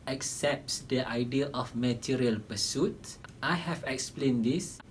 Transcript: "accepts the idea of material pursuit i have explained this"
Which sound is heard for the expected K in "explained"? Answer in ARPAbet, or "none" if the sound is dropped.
K